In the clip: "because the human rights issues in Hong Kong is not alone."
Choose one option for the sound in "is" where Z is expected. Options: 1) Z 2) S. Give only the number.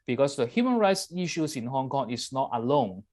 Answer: 2